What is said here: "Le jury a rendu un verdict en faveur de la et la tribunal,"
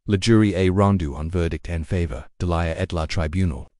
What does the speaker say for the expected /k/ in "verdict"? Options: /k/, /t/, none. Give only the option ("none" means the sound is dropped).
/k/